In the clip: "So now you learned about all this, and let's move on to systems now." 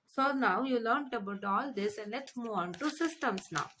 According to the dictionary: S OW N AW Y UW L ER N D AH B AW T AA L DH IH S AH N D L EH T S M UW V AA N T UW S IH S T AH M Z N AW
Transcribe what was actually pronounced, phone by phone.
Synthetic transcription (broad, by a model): S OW N AW Y UW L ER N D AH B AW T AA L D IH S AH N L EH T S M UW AA N T UW S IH S T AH M S N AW